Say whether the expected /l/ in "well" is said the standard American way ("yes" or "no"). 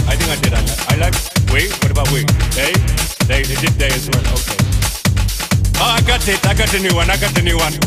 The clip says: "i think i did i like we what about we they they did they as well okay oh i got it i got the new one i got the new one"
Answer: no